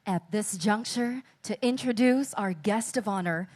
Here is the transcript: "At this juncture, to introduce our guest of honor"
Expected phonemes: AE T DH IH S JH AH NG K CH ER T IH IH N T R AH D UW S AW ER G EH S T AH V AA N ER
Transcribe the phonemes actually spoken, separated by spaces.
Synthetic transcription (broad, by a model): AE T DH IH S JH AH NG K CH ER T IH IH N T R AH D UW S AW ER G EH S T AH V AA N ER